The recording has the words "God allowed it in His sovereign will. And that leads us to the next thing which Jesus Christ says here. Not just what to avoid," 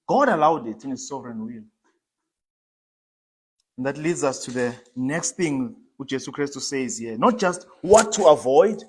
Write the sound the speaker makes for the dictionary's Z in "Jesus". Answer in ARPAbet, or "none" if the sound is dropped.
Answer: S